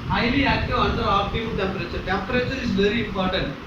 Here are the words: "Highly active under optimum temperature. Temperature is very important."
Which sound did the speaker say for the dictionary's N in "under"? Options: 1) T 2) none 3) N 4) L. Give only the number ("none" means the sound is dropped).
4